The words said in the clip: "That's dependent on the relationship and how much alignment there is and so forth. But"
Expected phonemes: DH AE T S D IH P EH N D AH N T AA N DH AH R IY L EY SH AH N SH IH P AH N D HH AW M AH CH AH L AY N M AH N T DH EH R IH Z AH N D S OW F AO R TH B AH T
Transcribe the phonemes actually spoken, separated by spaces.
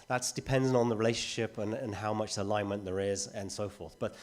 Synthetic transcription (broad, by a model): DH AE T S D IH P EH N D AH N N DH AH R IY L EY SH AH N SH IH P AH N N HH AW M AH CH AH L AY N M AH N DH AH R IH Z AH N S OW F AO R TH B AH T